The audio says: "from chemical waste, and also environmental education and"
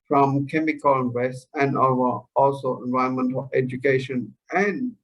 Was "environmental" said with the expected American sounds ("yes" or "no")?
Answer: no